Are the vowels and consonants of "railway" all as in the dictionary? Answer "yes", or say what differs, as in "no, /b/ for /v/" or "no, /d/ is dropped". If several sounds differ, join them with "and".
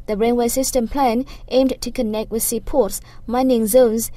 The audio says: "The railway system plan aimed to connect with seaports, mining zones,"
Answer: no, /n/ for /l/